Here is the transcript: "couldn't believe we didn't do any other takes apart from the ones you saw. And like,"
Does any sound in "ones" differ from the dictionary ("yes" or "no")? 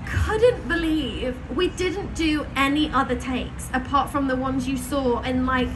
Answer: no